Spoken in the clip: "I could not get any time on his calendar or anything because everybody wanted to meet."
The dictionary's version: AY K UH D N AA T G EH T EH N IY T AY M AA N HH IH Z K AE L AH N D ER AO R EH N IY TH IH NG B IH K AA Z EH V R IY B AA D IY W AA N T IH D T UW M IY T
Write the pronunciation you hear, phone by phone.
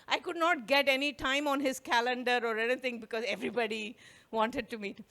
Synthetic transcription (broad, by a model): AY K UH D N AA T G EH T EH N IY T AY M AA N HH IH Z K AE L AH N D ER AO R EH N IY T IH NG B IH K AA Z EH V R IY B AA D IY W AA N T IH D T UW M IY T